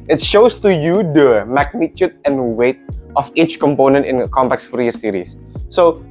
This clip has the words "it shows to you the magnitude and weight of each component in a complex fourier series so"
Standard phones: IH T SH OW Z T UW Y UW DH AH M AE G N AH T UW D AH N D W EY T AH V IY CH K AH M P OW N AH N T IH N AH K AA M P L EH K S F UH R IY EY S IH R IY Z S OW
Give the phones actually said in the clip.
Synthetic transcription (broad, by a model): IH T SH OW S T UW Y UW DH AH M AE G N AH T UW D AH N W EY T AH F IY CH K AH M P OW N AH N T IH N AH K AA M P EH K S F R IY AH S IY R IY S OW